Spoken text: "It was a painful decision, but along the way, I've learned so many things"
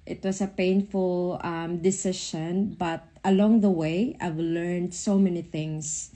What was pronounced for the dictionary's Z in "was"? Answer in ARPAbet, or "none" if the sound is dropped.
S